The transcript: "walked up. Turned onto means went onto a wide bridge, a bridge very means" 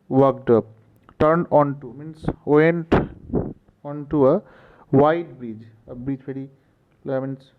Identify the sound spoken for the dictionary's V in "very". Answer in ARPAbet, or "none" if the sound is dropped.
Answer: P